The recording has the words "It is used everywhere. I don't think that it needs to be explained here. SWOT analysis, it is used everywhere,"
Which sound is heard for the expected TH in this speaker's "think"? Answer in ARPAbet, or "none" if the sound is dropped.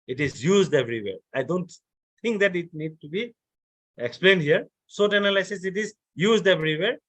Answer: T